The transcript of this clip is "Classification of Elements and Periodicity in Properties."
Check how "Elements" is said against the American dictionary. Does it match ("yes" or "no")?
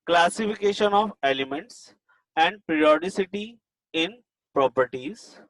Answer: yes